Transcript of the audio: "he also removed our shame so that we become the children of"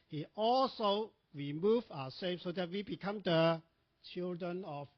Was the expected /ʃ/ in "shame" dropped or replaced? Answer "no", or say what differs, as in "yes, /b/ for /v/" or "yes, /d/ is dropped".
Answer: yes, /s/ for /ʃ/